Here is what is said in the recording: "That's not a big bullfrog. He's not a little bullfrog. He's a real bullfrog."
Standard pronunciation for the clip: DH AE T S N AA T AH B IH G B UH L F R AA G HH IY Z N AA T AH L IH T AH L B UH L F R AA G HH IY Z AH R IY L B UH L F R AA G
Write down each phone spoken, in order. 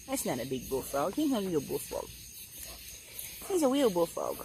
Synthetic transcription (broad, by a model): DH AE T S N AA T AH B IH G B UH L F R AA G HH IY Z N AH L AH L B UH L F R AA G HH IY Z AH W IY L B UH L F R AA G